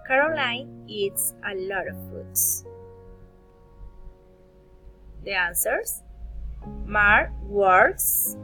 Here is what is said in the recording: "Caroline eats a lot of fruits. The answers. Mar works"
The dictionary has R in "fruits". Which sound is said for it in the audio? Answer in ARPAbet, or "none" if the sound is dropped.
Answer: none